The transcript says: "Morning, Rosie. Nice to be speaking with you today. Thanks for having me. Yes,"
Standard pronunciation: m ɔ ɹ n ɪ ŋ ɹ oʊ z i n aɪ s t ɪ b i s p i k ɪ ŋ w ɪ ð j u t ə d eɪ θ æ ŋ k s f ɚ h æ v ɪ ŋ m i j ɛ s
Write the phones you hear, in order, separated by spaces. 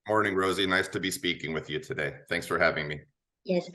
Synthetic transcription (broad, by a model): m ɔ ɹ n ɪ ŋ ɹ oʊ z i n aɪ s t ɪ b i s p i k ɪ ŋ w ɪ ð j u t ə d eɪ θ æ ŋ k s f ɚ h æ v ɪ ŋ m i j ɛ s